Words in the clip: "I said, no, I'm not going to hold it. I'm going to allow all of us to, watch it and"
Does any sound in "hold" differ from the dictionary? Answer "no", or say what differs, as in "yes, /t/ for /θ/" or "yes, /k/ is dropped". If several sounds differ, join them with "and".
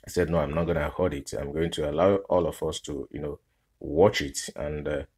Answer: yes, /l/ is dropped